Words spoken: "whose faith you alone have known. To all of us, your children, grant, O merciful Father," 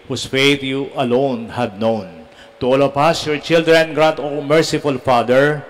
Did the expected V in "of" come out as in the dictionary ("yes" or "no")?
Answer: no